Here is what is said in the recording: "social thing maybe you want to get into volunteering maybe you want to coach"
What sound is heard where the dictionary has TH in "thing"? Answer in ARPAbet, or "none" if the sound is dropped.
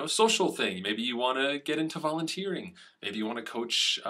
TH